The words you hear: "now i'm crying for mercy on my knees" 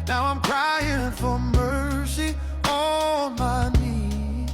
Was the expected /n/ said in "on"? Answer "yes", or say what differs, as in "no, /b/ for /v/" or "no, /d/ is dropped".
no, /l/ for /n/